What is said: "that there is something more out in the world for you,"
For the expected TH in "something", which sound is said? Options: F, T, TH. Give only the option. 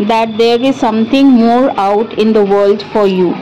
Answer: T